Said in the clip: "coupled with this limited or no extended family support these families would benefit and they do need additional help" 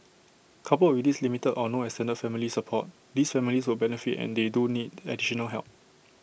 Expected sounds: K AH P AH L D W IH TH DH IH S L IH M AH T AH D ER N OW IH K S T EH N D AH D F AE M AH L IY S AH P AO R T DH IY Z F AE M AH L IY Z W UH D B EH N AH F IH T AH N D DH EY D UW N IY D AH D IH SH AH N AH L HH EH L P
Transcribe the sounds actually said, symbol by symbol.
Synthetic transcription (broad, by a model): K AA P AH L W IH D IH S L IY M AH T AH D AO N OW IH S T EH N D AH F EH M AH L IY S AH P AO T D IY S F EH M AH L IY S W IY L B EH N AH F IH T AH N D EY D UW N IY D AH D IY SH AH N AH L HH EH L P